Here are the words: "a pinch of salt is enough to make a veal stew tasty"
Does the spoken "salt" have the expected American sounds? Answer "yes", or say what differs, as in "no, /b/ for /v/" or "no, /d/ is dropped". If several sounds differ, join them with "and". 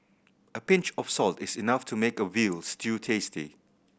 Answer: yes